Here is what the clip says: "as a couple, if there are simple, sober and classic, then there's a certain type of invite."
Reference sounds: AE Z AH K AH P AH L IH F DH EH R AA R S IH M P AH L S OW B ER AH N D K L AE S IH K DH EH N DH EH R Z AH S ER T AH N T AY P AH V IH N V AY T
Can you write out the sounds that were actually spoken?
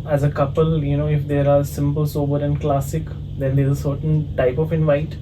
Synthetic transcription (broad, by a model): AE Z AH K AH P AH L IH F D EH R AA R S IH M P AH L S OW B ER AH N D K L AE S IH K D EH N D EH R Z AH S ER T AH N T AY P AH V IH N V AY T